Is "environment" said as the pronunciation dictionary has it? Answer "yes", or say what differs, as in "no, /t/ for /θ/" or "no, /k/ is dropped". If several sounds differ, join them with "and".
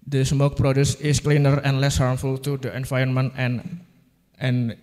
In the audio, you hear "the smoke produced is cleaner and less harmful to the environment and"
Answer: no, /ɹ/ is dropped